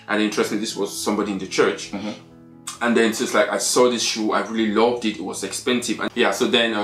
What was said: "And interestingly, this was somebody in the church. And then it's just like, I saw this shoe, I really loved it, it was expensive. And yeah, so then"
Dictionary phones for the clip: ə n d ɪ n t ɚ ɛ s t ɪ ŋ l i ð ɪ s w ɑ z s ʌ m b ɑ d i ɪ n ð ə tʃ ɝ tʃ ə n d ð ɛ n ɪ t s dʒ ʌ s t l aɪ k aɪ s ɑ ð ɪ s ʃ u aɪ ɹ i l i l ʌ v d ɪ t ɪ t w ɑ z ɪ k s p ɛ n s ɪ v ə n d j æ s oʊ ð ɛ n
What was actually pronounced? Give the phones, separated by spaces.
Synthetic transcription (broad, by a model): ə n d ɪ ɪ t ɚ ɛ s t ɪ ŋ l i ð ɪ s w ɑ z s ʌ m b ɑ d i ɪ n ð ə tʃ ɝ tʃ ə n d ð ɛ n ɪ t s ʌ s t l aɪ k aɪ s ɑ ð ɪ s ʃ u aɪ ɹ i l i l ʌ v d ɪ t ɪ t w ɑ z ɪ k s p ɛ n s ɪ v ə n j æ s oʊ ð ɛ n